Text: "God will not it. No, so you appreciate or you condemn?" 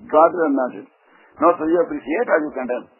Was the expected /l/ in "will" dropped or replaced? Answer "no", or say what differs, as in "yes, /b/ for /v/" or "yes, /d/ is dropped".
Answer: yes, /n/ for /l/